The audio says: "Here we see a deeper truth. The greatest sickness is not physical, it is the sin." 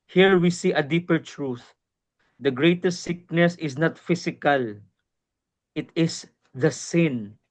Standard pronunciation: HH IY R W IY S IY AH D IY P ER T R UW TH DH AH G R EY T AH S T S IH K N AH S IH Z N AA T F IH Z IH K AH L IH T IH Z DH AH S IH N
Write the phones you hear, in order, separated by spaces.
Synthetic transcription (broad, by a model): HH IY R W IY S IY AH D IY P ER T R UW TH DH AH G R EY T AH S T S IH K N AH S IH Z N AA T F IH S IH K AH L IH T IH S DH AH S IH N